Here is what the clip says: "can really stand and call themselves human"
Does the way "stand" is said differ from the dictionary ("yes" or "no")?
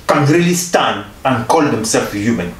yes